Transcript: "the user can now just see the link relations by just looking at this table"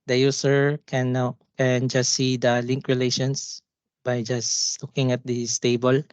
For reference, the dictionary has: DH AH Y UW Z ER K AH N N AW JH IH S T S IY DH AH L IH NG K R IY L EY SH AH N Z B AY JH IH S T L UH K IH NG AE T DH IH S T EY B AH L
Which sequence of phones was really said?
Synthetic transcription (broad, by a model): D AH Y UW S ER K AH N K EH JH IH S T IY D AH L IH NG K R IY L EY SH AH N S B AY JH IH S L UH K IH NG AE T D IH S T EY B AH L